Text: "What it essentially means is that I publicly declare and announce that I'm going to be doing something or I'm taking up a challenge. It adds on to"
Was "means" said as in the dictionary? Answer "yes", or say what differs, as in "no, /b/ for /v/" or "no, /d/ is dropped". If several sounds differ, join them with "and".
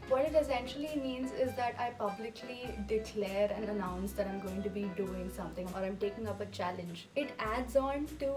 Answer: yes